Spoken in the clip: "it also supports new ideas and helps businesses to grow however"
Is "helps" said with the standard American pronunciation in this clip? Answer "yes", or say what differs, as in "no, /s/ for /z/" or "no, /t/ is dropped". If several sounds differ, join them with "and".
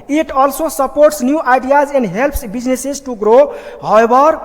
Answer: yes